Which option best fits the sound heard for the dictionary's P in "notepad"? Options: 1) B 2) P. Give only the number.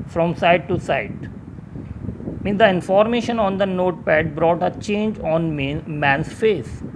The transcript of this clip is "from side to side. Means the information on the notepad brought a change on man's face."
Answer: 2